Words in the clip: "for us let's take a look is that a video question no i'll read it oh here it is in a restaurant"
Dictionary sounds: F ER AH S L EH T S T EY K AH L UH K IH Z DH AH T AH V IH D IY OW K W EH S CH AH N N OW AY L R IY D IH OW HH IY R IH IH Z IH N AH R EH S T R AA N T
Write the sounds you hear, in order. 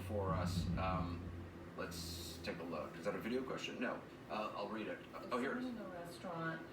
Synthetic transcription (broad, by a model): F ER AH S L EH T S T EY K AH L UH K IH Z DH AH T AH V IH D IY OW K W EH S CH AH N N OW AY L R IY D IH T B IH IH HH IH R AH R EH S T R AA N T